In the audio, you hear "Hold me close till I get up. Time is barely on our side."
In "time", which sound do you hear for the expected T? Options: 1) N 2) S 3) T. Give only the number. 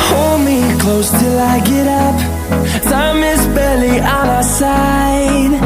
2